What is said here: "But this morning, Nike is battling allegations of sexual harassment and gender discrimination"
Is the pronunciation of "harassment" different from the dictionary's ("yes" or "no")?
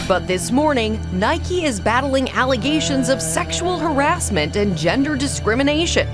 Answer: no